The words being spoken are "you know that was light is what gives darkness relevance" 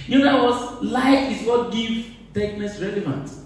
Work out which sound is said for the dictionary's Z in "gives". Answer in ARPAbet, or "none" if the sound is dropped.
none